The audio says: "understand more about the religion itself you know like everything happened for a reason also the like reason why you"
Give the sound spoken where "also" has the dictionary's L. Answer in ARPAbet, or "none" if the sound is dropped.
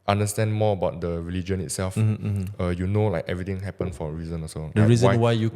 none